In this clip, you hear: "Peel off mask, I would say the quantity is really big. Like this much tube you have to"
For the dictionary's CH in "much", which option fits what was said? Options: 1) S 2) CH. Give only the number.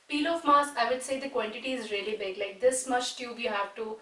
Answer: 1